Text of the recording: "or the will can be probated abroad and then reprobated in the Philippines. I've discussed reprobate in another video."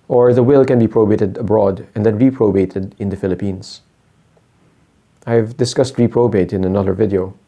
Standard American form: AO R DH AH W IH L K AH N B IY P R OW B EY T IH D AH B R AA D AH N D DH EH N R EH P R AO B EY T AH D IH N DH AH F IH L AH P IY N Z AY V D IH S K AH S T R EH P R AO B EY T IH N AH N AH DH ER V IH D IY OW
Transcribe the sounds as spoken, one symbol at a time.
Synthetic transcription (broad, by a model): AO R DH AH W IH L K AH N B IY P R OW B EY T IH D AH B R AA D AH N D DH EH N R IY P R AO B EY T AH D IH N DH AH F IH L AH P IY N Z AY V D IH S K AH S T R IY P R AO B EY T IH N AH N AH DH ER V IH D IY OW